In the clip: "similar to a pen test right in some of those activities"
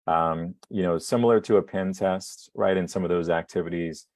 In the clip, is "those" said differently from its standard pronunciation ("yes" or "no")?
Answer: no